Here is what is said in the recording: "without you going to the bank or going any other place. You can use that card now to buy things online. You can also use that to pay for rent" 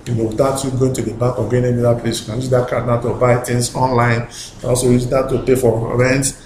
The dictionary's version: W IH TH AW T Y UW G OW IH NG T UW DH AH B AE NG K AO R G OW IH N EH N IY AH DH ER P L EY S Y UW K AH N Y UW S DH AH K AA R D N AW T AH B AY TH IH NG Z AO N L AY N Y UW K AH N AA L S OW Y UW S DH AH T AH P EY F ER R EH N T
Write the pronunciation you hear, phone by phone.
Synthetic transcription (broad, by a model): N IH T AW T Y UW G OW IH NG T UW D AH B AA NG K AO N G OW IH N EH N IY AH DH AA P L EY S Y UW K AH N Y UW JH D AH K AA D N AW T AH B AY T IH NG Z AO N L AY N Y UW K AH N AA L S OW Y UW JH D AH T AH P EY F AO R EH N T